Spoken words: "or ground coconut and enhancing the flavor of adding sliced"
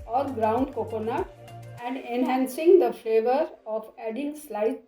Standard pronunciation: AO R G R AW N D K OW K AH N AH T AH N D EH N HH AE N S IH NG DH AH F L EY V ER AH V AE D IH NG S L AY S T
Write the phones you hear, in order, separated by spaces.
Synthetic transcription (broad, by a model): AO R G R AW N D K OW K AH N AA AH N D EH N HH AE N S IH NG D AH F L EY V ER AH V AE D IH NG S L AY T